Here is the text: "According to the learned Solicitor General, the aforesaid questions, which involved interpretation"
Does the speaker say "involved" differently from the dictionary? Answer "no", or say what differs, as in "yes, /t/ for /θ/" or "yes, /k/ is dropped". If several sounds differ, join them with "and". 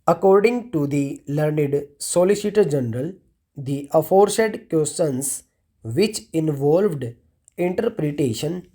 no